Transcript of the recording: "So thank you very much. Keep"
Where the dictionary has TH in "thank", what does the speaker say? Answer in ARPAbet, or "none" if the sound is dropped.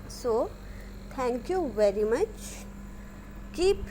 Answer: T